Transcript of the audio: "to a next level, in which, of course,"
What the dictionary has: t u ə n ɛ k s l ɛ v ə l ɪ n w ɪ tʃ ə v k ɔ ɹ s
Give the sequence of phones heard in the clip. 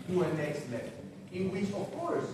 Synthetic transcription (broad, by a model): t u ə n ɛ k s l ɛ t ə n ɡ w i s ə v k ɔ ɹ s